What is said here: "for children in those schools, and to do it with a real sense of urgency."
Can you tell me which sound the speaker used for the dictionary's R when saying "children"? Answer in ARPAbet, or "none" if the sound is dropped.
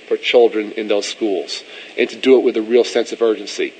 R